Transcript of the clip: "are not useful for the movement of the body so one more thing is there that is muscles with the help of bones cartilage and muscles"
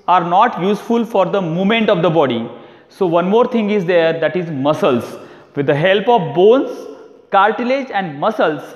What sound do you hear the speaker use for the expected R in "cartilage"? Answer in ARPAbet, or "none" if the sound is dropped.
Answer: L